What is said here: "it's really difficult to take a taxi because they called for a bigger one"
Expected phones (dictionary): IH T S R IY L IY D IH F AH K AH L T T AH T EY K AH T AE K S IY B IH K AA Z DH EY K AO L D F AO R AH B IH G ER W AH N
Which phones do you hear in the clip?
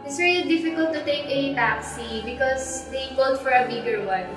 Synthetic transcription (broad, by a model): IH T S R IY L IY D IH F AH K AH L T T AH T EY K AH T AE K S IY B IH K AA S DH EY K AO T F AO R AH B IH G ER W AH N